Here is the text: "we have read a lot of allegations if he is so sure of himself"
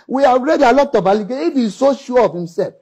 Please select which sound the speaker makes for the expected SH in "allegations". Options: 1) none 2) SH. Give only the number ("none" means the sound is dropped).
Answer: 1